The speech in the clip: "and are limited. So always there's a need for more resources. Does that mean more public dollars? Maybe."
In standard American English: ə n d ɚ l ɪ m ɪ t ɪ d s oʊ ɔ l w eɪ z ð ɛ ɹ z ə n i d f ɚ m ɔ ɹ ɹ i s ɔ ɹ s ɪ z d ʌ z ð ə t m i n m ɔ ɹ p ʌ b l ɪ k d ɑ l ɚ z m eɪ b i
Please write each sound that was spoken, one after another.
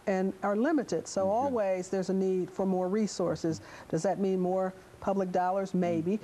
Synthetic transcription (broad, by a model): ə n ɚ l ɪ m ɪ t ɪ d s oʊ ɔ l w eɪ z ð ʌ ɹ z ə n i d f ɚ m ɔ ɹ ɹ i s ɔ ɹ s ɪ z d ʌ z ð ə t m i n m ɔ ɹ p ʌ b l ɪ k d ɑ l ɚ z m eɪ b i